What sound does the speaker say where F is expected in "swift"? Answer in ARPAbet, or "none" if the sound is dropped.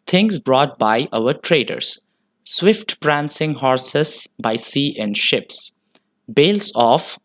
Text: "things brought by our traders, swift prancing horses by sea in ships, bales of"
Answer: F